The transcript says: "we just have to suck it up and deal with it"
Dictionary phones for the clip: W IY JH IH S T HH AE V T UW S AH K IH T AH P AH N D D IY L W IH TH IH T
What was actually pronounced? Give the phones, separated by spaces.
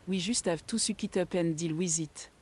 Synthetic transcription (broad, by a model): W IY ZH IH S T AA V T UW S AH K IH T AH P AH N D D IY L W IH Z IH T